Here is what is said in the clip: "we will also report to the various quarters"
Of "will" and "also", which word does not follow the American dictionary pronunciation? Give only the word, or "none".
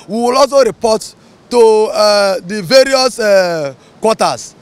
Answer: also